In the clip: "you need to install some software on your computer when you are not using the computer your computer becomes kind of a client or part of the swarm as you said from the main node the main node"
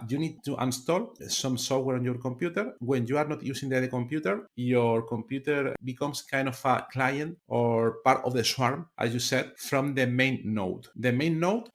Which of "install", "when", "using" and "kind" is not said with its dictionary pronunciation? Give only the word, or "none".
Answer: using